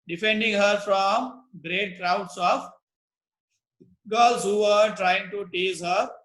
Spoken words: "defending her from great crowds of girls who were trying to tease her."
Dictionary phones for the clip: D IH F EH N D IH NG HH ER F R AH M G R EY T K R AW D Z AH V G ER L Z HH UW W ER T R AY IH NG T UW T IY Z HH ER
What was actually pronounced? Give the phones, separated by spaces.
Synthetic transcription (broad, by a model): D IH F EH N D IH NG HH ER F R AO M G R EY T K R AW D S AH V G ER L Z HH UW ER T R AY IH NG T UW T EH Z HH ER